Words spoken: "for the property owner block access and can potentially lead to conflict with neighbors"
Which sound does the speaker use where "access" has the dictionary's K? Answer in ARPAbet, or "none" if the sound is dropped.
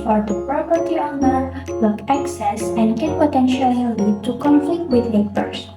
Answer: K